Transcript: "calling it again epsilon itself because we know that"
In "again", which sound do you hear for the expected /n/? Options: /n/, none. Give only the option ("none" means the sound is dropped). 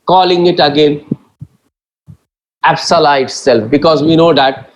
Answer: /n/